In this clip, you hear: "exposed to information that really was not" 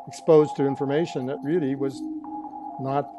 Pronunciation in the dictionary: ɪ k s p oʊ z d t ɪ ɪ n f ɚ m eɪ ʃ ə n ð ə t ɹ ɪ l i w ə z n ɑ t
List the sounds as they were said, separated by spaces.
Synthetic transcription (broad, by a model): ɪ k s p oʊ z t ɪ ɪ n f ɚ m eɪ ʃ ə n ð ə t ɹ ɪ l i w ə z n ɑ t